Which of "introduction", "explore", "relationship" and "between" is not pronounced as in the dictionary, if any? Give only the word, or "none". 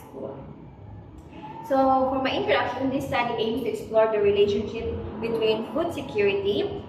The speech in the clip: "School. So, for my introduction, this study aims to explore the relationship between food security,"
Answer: introduction